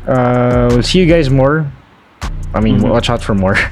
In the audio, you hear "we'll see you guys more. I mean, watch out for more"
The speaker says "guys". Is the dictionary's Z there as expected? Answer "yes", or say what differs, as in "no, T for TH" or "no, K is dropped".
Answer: yes